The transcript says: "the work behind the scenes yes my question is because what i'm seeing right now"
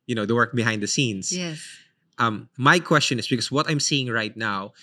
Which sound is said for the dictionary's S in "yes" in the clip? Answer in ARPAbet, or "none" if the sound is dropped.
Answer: none